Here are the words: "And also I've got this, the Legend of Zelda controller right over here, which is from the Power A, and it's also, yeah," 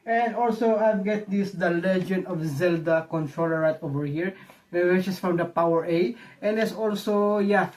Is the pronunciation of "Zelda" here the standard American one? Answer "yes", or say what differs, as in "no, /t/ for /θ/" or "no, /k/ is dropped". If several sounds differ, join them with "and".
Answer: yes